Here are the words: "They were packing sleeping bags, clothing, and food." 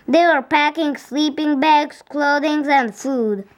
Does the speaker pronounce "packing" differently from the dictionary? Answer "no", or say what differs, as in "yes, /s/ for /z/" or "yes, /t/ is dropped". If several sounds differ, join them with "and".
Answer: no